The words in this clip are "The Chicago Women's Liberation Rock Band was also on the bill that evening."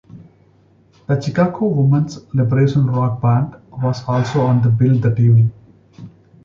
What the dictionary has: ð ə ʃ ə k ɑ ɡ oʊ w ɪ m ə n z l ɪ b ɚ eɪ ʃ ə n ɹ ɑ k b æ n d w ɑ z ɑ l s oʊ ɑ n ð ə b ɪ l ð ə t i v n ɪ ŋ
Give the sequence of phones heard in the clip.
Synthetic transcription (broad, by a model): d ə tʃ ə k ɑ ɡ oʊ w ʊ m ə n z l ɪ b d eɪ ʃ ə n ɹ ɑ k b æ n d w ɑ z ɑ l s oʊ ɑ n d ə b ɪ l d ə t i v ɪ